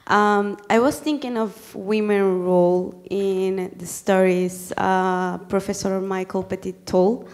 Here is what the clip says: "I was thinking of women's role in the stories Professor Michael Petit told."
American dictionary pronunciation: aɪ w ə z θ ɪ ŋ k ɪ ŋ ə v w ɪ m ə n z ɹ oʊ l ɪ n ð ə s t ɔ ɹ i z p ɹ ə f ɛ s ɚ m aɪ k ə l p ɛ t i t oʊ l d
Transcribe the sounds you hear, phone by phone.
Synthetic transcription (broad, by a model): aɪ w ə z θ ɪ ŋ k ɪ ŋ ə v w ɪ m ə n ɹ oʊ l ɪ n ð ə s t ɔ ɹ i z p ɹ ə f ɛ s ɚ m aɪ k ə l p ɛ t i t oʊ l